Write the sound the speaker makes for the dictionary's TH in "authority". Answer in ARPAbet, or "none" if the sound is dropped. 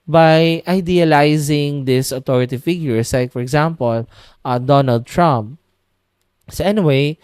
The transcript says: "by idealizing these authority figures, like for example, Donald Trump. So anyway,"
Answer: T